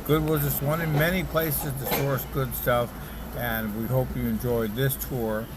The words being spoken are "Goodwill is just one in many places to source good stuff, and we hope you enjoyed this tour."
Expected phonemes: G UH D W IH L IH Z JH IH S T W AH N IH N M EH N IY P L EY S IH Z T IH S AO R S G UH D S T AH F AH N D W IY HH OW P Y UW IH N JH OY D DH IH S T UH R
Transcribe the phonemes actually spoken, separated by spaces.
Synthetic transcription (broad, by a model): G UH D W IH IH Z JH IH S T W AH N IH N M EH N IY P L EY S IH Z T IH S AO R S G UH D S T AH F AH N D W IY HH OW P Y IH IH N JH OY D DH IH S T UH R